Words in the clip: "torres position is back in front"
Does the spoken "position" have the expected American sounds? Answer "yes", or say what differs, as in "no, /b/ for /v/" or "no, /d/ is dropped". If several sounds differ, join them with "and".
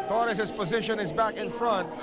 yes